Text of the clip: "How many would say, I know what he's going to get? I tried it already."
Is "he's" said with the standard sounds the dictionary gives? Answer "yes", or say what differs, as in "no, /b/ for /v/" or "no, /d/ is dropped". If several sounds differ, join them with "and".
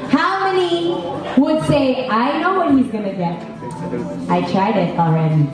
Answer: yes